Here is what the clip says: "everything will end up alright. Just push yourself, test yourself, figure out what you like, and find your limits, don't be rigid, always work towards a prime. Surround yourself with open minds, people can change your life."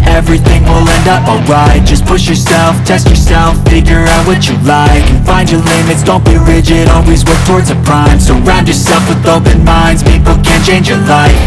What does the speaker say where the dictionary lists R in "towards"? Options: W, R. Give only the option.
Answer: R